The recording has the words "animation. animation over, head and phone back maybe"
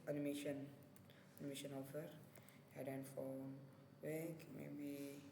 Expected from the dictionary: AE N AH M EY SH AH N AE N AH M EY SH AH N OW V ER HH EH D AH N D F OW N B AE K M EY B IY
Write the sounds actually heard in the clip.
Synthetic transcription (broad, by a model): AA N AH M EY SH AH N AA N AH M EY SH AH N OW F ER HH EH D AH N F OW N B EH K M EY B IY